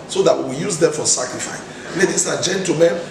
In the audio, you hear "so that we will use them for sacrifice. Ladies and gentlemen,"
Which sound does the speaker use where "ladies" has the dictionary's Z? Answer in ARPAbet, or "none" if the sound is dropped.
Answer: S